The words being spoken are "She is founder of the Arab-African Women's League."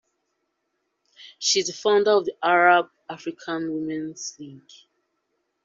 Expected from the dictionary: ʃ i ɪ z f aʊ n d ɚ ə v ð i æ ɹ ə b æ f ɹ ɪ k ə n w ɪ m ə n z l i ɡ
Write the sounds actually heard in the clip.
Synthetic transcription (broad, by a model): ʃ i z f aʊ n d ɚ ə v ð i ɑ ɹ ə b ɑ f ɹ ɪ k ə n w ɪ m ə n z l i ɡ